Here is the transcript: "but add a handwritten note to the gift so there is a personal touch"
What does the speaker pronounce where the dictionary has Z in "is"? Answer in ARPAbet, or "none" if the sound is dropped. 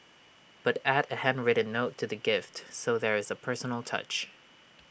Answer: Z